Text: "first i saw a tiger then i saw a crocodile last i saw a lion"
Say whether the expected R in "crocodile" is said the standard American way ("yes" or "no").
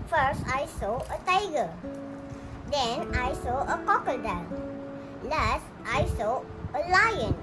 no